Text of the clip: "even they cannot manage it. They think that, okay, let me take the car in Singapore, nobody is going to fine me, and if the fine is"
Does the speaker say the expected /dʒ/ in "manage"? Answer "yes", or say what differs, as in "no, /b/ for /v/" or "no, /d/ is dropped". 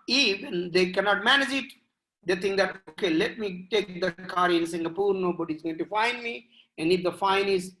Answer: yes